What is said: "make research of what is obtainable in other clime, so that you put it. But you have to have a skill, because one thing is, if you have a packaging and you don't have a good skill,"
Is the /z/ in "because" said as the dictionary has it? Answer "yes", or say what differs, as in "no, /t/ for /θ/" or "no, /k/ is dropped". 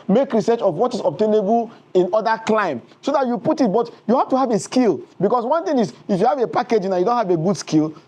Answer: no, /s/ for /z/